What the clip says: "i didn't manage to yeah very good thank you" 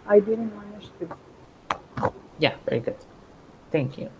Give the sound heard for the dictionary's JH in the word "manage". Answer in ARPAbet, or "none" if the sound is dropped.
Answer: SH